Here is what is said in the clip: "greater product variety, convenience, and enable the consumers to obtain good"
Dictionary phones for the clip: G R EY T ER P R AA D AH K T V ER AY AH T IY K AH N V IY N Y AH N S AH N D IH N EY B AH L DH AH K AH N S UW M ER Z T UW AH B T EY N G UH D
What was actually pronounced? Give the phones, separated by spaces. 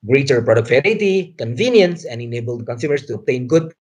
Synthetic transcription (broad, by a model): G R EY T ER P R AA D AH K T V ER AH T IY K AH N V IY N Y AH N S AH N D IH N EY B AH L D K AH N S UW M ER S T UW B T EY N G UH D